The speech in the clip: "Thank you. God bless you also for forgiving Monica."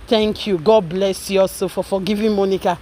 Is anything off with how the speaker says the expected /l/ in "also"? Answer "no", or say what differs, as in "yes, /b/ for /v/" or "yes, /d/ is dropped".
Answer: yes, /l/ is dropped